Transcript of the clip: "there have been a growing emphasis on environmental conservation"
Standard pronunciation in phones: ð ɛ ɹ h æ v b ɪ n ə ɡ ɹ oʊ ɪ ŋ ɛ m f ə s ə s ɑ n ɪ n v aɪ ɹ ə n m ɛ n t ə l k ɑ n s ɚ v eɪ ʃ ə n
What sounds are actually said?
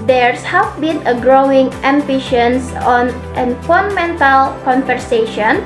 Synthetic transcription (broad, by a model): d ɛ ɹ h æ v b ɪ n ə ɡ ɹ oʊ ɪ ŋ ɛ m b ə ʃ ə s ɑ n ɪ n f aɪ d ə m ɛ n t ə l k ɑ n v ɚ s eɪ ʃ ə n